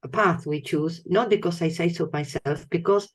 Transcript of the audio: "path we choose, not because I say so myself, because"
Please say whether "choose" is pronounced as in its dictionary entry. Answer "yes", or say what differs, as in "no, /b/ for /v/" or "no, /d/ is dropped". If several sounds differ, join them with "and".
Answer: yes